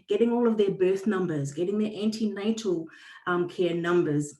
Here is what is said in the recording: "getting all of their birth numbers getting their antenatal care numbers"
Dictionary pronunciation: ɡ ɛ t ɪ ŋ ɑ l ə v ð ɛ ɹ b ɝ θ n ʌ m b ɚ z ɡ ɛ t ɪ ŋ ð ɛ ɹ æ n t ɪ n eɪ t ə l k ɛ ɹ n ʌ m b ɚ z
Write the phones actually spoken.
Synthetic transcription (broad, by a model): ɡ ɛ t ɪ ŋ ɑ l ə v ð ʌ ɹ b ɝ θ n ʌ m b ɚ z ɡ ɛ t ɪ ŋ ð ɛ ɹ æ n t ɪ n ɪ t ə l k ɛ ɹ n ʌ m b ɚ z